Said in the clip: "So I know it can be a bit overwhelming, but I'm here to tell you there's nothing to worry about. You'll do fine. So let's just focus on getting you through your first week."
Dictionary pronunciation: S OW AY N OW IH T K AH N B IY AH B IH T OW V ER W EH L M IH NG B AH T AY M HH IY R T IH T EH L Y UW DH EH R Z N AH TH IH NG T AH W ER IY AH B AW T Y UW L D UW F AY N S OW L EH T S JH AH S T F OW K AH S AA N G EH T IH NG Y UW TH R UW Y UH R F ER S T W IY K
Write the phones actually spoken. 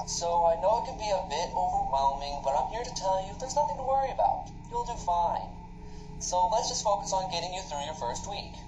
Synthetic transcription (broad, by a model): S OW AY N OW IH T K AH N B IY AH B IH T OW V ER W EH L M IH NG B AH T AY M HH IY R T IH T EH L Y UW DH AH R Z N AH TH IH NG T AH W ER IY AH B AW T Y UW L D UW F AY N S OW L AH T S JH AH S T F OW K AH S N G EH T IH NG Y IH TH R UW Y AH R F ER S T W IY K